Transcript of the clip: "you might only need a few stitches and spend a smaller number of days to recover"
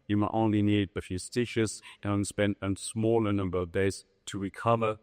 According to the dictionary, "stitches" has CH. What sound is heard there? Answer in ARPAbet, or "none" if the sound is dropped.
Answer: SH